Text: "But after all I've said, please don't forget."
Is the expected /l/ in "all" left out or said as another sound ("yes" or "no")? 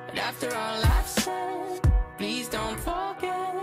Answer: no